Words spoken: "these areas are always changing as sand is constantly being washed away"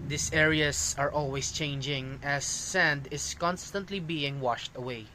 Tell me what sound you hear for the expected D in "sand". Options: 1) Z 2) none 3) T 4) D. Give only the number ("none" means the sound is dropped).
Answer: 4